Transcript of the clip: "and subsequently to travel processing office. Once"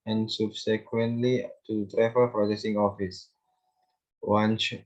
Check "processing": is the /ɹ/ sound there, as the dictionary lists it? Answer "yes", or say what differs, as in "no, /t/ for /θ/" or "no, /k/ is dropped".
yes